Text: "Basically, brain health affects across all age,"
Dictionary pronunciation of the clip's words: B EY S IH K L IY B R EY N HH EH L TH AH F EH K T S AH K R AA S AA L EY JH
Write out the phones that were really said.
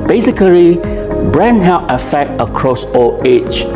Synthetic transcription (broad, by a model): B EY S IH K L IY B R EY N HH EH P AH F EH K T AH K R AA S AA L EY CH